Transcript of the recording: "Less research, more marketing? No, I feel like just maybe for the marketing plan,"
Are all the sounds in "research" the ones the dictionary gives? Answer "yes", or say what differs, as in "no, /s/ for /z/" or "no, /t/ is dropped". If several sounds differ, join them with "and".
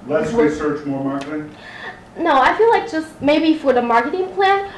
no, /w/ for /ɹ/